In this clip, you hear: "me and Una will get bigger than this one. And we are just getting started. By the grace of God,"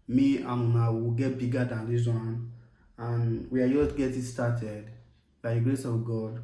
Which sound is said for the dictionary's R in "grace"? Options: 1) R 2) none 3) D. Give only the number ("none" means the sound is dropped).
1